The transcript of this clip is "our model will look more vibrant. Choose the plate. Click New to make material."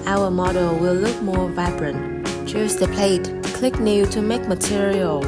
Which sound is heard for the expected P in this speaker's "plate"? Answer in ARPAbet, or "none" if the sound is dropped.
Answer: P